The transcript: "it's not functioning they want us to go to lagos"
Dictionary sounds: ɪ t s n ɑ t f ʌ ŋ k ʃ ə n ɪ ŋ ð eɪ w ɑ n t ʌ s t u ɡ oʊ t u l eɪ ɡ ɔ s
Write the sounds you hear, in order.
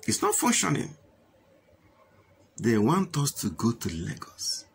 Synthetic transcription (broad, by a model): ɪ t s n ɑ t f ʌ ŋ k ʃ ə n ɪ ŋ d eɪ w ɑ n t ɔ s t u ɡ oʊ t u l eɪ ɡ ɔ s